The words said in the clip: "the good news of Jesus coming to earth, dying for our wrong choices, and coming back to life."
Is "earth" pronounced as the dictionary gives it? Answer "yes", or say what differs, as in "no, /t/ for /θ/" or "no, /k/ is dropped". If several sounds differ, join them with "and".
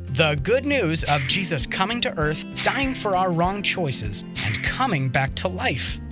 yes